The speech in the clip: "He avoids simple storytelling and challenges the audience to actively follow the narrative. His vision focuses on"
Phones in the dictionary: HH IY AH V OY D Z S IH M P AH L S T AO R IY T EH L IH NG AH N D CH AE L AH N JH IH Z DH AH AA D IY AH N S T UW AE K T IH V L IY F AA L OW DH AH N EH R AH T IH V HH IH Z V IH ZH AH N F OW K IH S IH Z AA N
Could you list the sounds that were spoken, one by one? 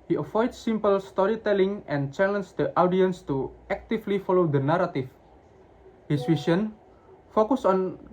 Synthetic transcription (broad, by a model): HH IY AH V OY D S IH M P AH L S T AO R IY T EH L IH NG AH N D CH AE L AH N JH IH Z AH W D IY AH N S T UW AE K T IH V L IY F AA L OW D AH N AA R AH T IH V HH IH S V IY S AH N F OW K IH S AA N